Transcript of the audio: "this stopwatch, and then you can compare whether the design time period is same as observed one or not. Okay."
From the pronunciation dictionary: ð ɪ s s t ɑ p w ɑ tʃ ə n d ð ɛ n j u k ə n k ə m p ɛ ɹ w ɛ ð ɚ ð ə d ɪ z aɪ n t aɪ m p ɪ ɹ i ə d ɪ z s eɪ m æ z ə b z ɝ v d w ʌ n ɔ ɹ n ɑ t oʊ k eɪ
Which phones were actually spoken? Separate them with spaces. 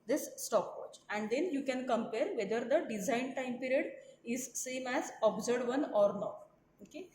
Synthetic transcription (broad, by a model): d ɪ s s t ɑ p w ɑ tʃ ə n d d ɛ n j u k ə n k ə m p ɛ ɹ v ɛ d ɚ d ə d ɪ z aɪ n t aɪ m p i ɹ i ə d ɪ z s eɪ m æ z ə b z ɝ d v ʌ n ɔ ɹ n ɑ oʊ k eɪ